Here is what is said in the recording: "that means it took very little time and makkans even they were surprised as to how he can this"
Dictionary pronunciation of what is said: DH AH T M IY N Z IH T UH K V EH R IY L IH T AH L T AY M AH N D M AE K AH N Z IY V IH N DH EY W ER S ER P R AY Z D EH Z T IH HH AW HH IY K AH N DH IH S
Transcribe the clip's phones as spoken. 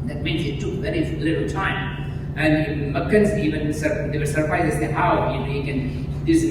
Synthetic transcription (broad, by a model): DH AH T M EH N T IH T UH K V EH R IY L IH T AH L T AY M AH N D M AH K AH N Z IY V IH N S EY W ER S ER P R AY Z EH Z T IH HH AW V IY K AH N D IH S